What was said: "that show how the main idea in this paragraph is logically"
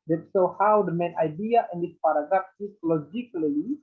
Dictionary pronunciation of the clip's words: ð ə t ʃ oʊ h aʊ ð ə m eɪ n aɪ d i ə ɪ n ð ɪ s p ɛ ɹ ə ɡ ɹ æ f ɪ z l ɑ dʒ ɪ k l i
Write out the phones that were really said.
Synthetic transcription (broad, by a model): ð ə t s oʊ h aʊ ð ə m eɪ n aɪ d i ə ɪ n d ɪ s p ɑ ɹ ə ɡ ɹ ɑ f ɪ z l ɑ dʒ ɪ k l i